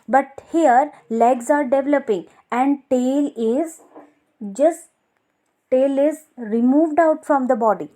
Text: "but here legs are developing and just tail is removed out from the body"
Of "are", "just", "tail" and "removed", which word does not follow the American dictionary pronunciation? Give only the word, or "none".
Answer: none